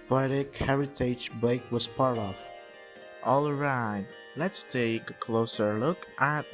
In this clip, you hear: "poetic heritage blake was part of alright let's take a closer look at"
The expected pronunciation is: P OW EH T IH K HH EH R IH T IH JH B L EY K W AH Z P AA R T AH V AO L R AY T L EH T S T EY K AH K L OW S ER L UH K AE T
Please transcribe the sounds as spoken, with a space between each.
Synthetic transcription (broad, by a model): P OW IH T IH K HH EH R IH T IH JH B EY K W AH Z P AA R T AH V AO L R AY T L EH T S T EY K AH K L OW S ER L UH K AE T